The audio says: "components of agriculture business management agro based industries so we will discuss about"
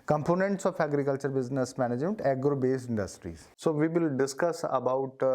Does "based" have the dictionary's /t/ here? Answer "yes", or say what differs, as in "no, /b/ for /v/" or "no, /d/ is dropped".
no, /t/ is dropped